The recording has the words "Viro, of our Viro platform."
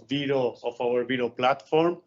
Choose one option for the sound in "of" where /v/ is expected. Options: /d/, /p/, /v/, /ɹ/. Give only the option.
/p/